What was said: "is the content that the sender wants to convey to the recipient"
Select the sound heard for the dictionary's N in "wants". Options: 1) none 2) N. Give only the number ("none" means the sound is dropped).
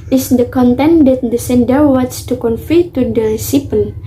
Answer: 1